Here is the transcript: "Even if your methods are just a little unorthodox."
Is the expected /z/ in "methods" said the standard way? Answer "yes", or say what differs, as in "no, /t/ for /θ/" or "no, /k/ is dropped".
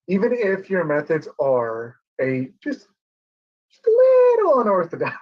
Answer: yes